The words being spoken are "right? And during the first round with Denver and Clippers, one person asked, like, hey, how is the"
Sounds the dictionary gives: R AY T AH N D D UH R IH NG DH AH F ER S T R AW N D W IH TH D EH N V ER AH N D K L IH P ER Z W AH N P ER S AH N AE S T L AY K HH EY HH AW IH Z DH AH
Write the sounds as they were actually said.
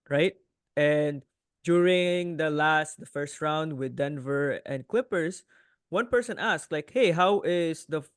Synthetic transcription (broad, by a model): R AY T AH N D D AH L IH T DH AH F ER S T R AW N D W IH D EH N V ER AH N D K L IH P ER S W AH N P ER S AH N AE S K L AY K HH EY HH AW IH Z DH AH